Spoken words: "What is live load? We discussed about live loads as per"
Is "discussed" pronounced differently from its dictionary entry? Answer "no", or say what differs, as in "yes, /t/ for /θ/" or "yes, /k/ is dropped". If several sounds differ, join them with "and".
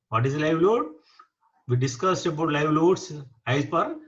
no